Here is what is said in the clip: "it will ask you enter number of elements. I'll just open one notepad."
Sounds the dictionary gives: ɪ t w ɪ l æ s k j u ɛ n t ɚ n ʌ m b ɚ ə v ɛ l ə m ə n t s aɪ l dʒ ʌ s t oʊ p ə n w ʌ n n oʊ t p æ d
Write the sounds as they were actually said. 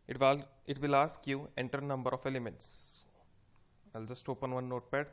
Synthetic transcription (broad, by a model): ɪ t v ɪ l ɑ s k j u ɛ n t ɚ n ʌ m b ɚ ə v ɛ l ə m ə n t s aɪ l dʒ ʌ s t oʊ p ə n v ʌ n n oʊ t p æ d